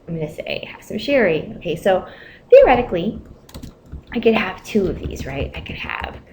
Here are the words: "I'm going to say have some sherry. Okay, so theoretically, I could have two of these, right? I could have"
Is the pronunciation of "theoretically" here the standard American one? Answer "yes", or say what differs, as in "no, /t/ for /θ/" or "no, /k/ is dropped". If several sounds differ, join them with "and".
yes